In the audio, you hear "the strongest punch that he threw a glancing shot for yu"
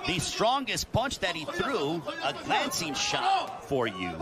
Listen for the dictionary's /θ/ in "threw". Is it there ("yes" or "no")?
yes